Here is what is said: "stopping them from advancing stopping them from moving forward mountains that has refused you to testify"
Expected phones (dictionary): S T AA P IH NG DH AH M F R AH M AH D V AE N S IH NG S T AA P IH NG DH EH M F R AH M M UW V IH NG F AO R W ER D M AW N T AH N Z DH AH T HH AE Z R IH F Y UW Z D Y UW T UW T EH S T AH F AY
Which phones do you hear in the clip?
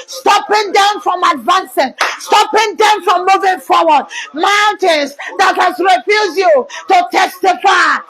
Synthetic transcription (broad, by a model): S T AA P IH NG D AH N F R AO M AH D V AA N S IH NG S T AA P IH NG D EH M F R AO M M UW V IH NG F AO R W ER D M AW N T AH N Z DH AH T HH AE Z R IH F Y UW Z Y UW T UW T EH S T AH F AY